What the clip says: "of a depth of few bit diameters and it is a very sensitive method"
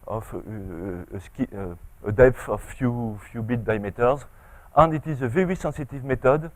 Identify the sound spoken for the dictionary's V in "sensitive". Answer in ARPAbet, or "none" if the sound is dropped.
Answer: V